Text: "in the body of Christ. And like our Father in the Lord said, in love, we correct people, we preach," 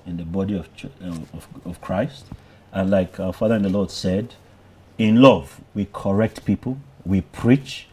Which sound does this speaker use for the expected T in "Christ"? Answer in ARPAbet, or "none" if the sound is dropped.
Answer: T